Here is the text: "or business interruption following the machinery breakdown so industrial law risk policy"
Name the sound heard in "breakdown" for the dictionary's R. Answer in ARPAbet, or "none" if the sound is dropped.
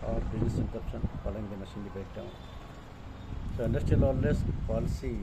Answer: none